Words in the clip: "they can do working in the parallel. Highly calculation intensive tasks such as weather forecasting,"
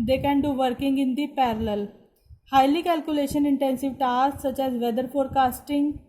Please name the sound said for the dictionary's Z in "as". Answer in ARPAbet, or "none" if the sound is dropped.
Z